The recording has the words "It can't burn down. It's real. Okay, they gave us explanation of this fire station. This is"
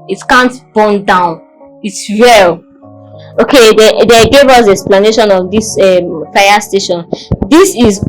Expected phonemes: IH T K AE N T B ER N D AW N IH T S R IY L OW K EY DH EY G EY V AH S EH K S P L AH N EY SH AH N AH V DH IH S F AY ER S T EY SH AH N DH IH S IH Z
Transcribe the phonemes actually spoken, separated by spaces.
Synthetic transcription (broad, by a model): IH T K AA N T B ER N D AW N IH T S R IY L OW K EY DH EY G EY V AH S EH K S P L AH N EY SH AH N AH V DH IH S F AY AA S T EY SH AH N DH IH S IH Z